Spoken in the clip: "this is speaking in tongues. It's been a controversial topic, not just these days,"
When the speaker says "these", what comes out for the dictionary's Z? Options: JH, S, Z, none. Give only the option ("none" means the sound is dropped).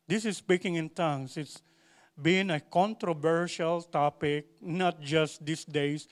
S